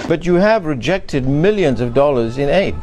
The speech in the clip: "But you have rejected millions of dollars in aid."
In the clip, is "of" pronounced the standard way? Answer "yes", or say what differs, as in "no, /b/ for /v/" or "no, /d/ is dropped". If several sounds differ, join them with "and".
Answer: yes